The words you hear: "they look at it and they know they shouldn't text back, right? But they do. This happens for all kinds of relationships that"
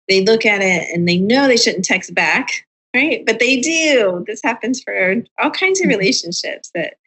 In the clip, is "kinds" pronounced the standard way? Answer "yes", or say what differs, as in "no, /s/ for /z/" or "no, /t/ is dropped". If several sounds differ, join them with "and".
yes